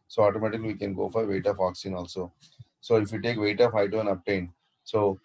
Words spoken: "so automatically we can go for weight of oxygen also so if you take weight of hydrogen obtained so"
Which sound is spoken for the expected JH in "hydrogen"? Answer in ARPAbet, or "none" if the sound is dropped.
none